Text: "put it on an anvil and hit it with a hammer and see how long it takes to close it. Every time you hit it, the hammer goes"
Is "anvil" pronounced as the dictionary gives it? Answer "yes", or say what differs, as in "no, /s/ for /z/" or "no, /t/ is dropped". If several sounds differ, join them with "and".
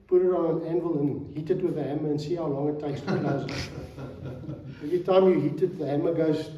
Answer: yes